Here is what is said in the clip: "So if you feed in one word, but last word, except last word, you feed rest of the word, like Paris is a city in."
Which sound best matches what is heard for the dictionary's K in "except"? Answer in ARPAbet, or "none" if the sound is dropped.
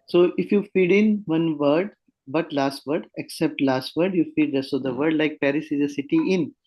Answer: K